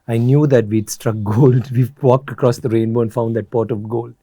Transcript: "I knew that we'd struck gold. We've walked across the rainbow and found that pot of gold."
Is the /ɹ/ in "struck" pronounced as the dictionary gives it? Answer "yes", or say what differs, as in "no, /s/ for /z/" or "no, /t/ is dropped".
yes